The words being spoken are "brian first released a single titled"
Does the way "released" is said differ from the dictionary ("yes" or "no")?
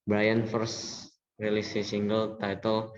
yes